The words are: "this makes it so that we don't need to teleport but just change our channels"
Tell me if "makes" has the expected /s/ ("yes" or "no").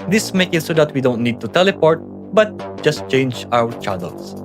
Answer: no